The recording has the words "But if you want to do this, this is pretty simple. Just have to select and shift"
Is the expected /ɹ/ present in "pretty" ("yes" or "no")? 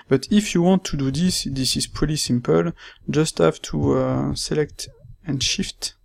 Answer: no